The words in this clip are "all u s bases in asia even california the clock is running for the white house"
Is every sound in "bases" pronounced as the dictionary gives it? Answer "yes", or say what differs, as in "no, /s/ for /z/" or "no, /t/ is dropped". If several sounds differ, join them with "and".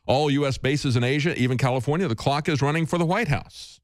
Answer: yes